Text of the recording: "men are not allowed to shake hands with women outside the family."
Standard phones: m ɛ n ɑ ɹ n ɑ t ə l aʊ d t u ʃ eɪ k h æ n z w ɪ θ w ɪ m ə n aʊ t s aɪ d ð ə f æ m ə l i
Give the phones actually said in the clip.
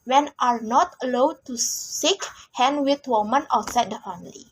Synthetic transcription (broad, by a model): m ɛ n ɑ ɹ n ɑ t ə l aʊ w t u s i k h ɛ n w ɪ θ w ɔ m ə n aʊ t s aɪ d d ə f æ m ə l i